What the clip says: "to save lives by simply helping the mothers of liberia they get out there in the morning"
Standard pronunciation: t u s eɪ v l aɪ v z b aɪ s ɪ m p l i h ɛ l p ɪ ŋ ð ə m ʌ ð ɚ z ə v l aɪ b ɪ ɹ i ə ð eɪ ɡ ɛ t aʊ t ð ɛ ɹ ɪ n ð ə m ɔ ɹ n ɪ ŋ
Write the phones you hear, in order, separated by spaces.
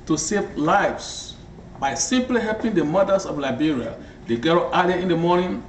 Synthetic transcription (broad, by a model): t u s eɪ v l aɪ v s b aɪ s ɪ m p l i h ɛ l p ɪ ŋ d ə m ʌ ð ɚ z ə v l aɪ b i ɹ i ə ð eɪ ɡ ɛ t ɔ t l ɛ ɪ n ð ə m ɔ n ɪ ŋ